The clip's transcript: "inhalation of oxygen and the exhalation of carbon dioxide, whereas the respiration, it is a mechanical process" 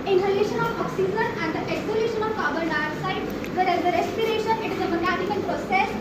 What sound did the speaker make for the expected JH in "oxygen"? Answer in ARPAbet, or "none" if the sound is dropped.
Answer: Z